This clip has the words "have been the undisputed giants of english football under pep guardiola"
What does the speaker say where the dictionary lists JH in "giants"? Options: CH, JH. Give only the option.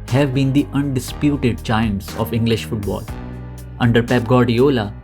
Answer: CH